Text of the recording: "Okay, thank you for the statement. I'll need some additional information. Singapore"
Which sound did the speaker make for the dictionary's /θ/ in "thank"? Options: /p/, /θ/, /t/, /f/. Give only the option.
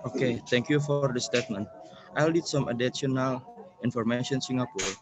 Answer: /t/